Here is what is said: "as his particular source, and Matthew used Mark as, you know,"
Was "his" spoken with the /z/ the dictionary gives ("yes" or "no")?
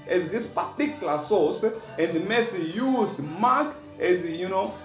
no